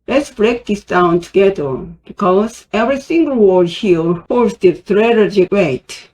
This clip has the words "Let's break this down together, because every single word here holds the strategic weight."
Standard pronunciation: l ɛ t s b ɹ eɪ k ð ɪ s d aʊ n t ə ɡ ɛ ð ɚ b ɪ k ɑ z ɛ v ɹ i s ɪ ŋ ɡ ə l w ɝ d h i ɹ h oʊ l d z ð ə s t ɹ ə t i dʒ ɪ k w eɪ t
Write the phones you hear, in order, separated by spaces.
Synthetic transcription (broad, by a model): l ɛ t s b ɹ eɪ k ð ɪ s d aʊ n t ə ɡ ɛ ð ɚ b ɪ k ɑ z ɛ v ɹ i s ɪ ŋ ɡ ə l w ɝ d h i l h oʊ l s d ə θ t ɹ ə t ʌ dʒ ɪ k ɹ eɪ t